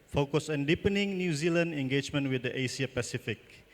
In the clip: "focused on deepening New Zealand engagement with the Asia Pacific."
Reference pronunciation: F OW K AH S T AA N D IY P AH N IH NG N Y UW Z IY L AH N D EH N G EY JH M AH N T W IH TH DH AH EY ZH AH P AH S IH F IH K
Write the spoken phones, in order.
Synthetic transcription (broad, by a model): F OW K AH S AA N D IY P AH N IH NG N Y UW Z IY L AH N D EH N G EY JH M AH N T W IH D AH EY S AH P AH S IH F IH K